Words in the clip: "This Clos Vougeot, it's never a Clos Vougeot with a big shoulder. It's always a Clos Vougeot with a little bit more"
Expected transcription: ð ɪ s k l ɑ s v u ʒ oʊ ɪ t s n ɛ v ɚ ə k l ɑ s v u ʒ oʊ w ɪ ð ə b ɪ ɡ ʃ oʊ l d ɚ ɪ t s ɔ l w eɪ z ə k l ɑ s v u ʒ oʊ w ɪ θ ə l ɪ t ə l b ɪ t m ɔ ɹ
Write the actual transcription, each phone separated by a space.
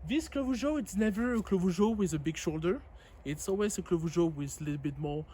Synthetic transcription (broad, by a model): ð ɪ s k l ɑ v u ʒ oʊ ɪ t s n ɛ v ɚ ə k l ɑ v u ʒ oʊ w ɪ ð ə b ɪ ɡ ʃ oʊ l d ɚ ɪ t s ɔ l w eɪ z ə k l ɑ v u ʒ oʊ w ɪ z l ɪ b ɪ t m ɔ